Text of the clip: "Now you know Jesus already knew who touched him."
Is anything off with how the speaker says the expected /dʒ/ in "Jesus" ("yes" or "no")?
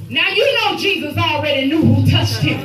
no